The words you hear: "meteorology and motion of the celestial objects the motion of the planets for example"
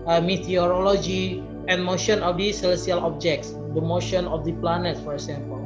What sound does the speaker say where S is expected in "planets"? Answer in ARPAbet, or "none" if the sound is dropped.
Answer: none